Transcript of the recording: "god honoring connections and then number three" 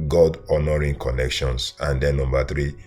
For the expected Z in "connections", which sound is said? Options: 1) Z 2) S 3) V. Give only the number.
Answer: 2